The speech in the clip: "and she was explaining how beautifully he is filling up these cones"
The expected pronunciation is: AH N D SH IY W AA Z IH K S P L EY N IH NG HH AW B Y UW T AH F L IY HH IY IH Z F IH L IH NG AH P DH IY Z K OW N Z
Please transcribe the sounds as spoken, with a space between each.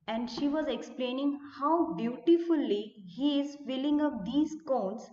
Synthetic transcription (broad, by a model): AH N D SH IY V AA Z IH K S P L EY N IH NG HH AW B Y UW T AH F L IY HH IY IH Z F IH L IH NG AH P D IY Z K OW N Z